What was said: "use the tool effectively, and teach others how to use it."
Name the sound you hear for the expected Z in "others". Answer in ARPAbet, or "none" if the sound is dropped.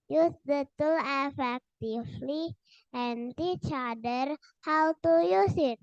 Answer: none